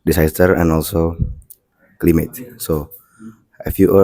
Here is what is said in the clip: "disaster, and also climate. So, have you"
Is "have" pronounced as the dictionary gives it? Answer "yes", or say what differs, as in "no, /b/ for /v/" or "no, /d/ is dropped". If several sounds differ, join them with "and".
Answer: no, /f/ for /v/